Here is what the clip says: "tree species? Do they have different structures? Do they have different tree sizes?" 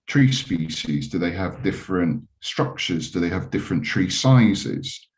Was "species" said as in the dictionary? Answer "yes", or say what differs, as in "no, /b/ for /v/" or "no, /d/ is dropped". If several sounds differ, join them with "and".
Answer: yes